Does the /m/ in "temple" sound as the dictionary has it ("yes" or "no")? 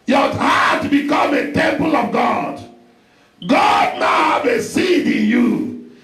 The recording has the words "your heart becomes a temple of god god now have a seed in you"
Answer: yes